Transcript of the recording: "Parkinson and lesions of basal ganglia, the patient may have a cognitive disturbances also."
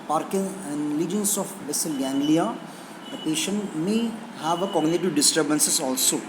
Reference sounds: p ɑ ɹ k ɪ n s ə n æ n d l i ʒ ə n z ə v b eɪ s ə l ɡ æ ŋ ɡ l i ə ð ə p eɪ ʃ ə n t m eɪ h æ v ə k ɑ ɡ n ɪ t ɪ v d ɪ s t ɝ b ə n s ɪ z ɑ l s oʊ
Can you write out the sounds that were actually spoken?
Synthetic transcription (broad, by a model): p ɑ ɹ k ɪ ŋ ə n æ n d l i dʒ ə n s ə f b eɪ s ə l ɡ æ ŋ ɡ l i ə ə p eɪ ʃ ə n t m eɪ h æ v ə k ɑ ɡ n ɪ t ɪ v d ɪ s t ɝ b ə n s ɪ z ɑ l s oʊ